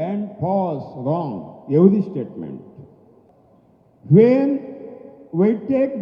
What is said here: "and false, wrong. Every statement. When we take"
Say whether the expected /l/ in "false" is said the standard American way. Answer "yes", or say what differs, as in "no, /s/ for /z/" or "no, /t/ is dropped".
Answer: no, /l/ is dropped